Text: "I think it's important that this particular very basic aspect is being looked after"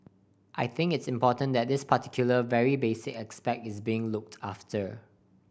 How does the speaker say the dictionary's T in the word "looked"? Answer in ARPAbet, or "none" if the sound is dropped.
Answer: T